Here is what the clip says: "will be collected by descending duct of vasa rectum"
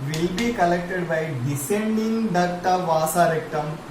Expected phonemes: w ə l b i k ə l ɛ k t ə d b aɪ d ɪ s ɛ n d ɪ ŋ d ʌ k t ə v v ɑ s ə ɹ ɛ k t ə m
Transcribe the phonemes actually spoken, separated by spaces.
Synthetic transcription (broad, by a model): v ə l b i k ə l ɛ k t ə d b aɪ d ɪ s ɛ n d ɪ ŋ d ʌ t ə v v ɑ s ə ɹ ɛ k t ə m